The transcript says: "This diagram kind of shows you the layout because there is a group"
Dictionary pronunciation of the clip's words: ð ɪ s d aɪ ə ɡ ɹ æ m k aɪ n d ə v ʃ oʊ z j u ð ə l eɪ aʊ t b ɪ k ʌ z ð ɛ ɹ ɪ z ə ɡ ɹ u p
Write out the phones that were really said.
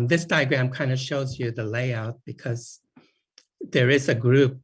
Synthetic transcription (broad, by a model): ð ɪ s d aɪ ə ɡ ɹ æ m k aɪ n d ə ʃ oʊ z j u ð ə l eɪ aʊ t b ɪ k ʌ z ð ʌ ɹ ɪ z ə ɡ ɹ u p